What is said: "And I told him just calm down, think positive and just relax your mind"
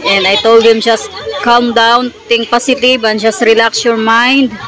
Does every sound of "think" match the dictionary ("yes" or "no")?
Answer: no